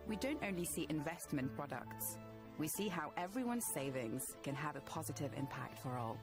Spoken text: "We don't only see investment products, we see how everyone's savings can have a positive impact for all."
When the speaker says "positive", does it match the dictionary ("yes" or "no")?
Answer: yes